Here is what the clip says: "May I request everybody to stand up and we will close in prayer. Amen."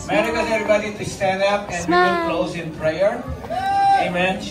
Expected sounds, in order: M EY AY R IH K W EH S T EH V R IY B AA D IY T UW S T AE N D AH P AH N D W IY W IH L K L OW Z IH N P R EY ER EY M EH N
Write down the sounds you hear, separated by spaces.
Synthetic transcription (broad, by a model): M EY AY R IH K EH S EH V R IY B AA D IY T UW S T AE N D AH P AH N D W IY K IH N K L OW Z IH N P R EY ER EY M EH N